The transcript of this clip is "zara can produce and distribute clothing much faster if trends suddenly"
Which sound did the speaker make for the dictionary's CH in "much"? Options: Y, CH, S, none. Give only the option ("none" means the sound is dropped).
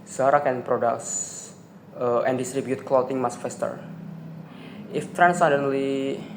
S